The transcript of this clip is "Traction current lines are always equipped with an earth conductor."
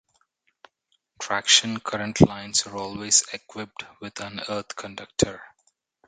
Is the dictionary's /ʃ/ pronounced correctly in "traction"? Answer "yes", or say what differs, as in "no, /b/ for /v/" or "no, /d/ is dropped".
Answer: yes